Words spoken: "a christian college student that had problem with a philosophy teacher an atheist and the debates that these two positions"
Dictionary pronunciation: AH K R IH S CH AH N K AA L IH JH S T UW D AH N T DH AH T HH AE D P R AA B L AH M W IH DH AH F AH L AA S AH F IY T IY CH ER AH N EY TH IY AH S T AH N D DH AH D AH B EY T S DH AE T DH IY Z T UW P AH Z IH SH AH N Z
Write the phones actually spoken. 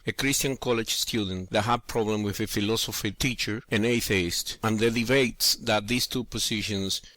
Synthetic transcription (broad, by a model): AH K R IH S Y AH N K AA L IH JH S T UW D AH N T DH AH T HH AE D P R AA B L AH M W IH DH AH F AH L AA S AH F IY T IY CH ER AH N EY TH IY AH S T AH N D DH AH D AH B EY T S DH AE T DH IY S T UW P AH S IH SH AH N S